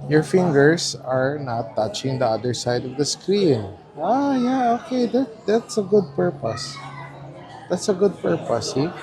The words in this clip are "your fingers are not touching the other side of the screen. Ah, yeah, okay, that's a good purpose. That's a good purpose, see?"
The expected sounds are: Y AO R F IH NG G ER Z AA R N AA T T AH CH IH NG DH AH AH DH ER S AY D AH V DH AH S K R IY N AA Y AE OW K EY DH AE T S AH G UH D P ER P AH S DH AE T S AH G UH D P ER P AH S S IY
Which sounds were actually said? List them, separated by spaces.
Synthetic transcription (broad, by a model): Y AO R F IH NG G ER S AA R N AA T T AH CH IH NG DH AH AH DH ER S AY D AH V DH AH S K R IY N AA Y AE OW K EY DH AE T S AH G UH D P ER P AH S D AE T S AH G UH D P ER P AH S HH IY